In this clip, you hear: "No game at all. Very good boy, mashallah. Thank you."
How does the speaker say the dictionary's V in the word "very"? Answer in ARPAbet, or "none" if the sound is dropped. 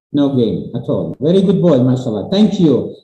V